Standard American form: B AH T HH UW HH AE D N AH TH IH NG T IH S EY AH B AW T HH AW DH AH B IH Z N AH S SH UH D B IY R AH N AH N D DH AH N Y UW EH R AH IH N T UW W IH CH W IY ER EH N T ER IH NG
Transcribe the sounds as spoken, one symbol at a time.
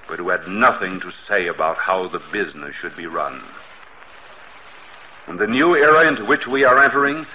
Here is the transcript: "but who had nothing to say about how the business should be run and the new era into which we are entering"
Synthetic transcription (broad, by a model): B AH T HH UW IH D N AH TH IH NG T IH S EY AH B AW T HH AW DH AH B IH Z N AH S SH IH D B IY R AH N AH N DH AH N Y UW EH R AH IH N T UW W IH CH W IY ER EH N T ER IH NG